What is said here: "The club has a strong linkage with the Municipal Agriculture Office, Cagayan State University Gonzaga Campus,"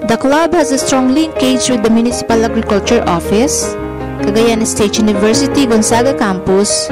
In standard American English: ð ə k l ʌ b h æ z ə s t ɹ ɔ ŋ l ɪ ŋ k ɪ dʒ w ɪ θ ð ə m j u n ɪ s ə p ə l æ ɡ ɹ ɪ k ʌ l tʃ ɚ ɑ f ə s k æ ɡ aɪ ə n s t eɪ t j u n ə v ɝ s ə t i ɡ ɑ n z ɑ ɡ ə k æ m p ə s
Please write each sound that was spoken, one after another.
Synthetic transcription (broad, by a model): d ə k l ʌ b h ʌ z ə s t ɹ ɔ ŋ l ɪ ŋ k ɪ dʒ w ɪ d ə m j u n ɪ s ə p ə l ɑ ɡ ɹ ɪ k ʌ l tʃ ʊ ɑ f ə s k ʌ ɡ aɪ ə n s t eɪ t j u n ə v ɝ s ə t i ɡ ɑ n s ɑ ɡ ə k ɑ m p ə s